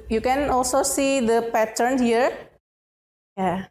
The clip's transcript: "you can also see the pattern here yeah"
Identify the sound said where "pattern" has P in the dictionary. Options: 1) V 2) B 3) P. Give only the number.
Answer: 3